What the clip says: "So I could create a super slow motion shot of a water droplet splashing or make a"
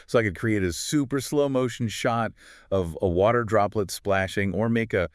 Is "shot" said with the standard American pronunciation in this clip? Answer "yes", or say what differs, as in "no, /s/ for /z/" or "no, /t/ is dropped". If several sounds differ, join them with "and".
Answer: yes